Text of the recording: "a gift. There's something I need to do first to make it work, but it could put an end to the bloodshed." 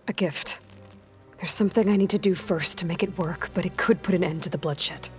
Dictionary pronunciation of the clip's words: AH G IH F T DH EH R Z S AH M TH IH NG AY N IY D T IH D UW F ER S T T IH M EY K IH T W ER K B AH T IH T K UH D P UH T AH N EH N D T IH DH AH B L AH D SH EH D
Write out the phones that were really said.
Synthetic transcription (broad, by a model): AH G IH F T DH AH R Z S AH M TH IH NG AY N IY D T IH D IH F ER S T T IH M EY K IH T W ER K B AH T IH T K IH D P UH T AH N EH N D T IH DH AH B L AH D SH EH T